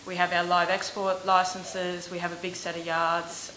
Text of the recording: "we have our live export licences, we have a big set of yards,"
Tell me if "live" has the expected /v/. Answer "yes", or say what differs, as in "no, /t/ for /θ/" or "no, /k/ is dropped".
yes